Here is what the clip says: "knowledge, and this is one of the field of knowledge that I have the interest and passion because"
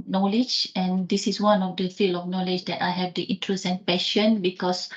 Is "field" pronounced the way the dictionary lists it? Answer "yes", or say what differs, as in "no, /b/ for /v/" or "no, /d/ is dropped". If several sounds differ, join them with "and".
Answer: no, /d/ is dropped